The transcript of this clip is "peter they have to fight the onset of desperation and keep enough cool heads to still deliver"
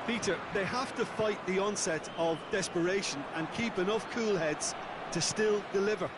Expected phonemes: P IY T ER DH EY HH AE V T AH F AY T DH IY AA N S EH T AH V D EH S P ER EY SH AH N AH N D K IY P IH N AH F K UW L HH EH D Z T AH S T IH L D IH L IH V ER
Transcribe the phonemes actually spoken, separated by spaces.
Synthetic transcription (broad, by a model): P IY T ER DH EY HH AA F T AH F AY T DH IY AA N S EH T AH V D EH S P ER EY SH AH N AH N K IY P IH N AH F K UW L HH EH D Z T AH S T IH L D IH L IH V ER